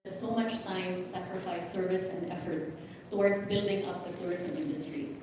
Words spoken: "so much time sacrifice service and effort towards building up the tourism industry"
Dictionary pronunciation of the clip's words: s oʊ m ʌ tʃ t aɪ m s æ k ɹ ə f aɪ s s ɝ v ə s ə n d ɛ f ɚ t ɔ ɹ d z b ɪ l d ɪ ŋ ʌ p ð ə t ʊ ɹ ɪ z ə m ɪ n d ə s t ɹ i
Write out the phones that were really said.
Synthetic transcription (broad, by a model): s oʊ m ʌ tʃ t aɪ m s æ k ɹ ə f aɪ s s ɝ v ə s ə n d ɛ f ɚ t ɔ ɹ d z b ɪ l d ɪ ŋ ʌ p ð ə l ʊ ɹ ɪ s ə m ɪ n d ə s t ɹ i